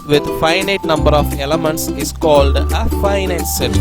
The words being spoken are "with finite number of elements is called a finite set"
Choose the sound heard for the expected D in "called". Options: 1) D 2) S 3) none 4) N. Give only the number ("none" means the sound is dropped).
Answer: 1